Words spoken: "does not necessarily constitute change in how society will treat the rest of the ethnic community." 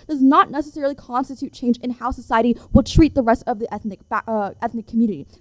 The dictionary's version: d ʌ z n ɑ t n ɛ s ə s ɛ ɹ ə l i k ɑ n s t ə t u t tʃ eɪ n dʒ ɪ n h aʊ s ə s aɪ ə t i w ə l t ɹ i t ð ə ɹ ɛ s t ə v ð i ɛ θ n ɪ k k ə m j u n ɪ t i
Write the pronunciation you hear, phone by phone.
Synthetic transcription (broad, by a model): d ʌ z n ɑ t n ɛ s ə s ɛ ɹ l i k ɑ n s t ə t u t tʃ eɪ n dʒ ɪ n h aʊ s ə s aɪ ə t i w ə l t ɹ i t ð ə ɹ ɛ s t ə v ð i ɛ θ n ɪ k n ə m j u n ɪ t i